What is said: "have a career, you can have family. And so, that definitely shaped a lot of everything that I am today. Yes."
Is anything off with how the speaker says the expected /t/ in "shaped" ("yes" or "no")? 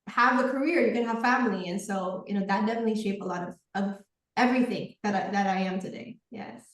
yes